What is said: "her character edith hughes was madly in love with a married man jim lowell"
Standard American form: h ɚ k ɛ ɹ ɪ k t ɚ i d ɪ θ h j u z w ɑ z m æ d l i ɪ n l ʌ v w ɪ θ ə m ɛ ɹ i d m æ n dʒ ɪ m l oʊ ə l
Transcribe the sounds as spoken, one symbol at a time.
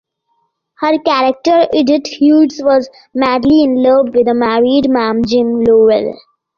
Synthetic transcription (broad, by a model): h ɚ k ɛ ɹ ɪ k t ɚ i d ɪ t h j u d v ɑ z m æ d l i ɪ n l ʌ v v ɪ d ə m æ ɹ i d m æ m dʒ ɪ m l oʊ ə l